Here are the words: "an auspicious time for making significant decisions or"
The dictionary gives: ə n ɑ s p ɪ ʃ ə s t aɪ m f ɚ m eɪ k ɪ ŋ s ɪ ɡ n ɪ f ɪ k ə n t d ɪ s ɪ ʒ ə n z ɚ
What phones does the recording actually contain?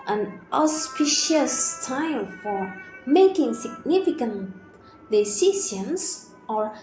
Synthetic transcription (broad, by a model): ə n ɑ s p ɪ ʃ ə s t aɪ m f ɚ m eɪ k ɪ ŋ s ɪ ɡ n ɪ f ɪ k ə n t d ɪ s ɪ s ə n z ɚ